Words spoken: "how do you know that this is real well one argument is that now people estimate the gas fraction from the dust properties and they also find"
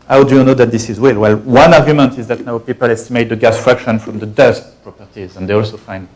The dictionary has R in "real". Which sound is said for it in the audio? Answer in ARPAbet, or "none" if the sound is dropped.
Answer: W